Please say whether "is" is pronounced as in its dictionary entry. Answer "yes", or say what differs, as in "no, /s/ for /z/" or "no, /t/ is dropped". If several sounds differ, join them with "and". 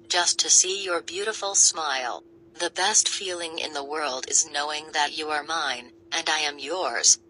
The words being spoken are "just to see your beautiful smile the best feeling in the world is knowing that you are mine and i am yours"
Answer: yes